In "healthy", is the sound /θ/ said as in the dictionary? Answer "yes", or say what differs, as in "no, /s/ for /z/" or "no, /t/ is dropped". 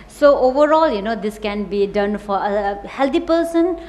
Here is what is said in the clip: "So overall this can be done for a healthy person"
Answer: no, /t/ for /θ/